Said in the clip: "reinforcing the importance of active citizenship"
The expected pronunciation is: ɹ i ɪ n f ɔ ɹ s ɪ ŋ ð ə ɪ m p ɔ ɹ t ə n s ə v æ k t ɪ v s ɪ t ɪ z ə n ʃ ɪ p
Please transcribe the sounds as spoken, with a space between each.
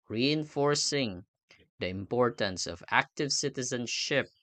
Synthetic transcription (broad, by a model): ɹ i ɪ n f ɔ ɹ s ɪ ŋ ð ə ɪ m p ɔ ɹ t ə n s ə v æ k t ɪ v s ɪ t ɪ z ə n ʃ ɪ p